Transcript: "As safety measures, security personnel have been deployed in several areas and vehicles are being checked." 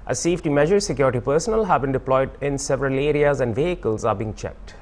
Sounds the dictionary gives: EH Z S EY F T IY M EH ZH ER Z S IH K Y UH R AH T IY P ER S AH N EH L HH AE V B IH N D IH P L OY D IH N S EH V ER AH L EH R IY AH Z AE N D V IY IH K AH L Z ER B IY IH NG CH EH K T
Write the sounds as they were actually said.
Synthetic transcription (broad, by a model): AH S EY F T IY M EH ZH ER S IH K Y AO R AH T IY P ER S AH N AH L HH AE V B IH N D IH P L OY D IH N S EH V ER AH L EH R IY AH Z AE N D V IY IH K AH L Z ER B IY IH NG CH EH K T